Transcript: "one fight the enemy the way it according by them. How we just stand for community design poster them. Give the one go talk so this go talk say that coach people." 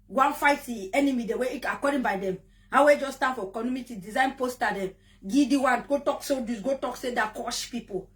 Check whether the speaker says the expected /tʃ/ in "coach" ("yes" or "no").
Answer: no